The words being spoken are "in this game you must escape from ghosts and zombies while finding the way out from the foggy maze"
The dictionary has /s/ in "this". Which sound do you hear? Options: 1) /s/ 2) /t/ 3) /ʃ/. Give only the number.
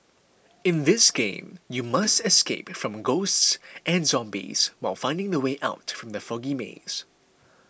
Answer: 1